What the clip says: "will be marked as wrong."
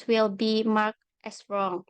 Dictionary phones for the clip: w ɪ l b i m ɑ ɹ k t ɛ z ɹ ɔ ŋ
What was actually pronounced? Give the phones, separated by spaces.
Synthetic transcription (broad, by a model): w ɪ l b i m ɑ ɹ k t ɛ s ɹ ɔ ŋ